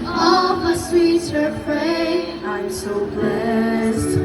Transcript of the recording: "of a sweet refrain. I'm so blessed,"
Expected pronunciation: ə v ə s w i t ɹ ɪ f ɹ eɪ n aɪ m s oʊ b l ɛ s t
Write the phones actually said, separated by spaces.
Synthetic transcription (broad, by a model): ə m ə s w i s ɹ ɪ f ɹ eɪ aɪ m s oʊ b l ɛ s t